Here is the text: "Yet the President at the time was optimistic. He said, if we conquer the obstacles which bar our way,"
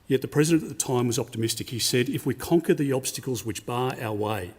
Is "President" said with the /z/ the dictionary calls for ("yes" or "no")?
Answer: yes